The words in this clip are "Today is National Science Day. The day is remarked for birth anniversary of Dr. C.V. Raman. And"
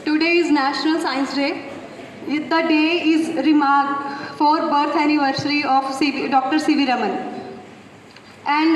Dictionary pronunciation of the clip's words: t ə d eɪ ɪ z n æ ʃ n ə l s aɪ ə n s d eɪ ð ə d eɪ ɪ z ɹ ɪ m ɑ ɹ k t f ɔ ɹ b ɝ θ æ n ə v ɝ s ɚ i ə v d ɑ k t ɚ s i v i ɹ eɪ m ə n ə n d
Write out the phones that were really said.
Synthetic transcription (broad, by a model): t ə d eɪ ɪ z n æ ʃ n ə l s aɪ ə n s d eɪ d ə d eɪ ɪ z ɹ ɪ m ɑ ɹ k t f ɔ ɹ b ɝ t æ n ə v ɝ s ɚ i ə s d ɑ k t ɚ s i v i ɹ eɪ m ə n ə n d